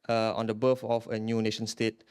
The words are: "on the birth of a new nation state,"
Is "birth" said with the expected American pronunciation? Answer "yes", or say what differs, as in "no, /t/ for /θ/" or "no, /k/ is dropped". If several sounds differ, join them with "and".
no, /f/ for /θ/